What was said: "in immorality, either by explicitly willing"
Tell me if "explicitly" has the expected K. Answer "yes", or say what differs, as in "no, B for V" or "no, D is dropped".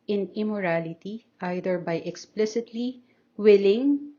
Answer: yes